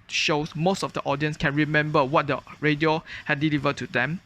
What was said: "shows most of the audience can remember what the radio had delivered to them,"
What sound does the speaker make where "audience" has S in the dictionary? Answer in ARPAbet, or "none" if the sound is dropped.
S